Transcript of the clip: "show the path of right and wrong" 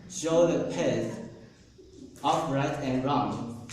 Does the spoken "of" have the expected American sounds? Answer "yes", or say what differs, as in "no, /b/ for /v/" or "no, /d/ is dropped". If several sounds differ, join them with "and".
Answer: no, /f/ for /v/